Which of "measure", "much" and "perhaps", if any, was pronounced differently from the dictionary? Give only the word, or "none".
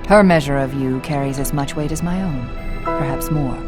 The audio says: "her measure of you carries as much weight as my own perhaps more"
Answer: none